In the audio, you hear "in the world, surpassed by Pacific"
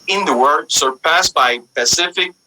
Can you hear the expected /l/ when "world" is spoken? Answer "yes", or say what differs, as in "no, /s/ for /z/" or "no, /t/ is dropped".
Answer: no, /l/ is dropped